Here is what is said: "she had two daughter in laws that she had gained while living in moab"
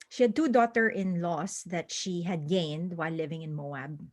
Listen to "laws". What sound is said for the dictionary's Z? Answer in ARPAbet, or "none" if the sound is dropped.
S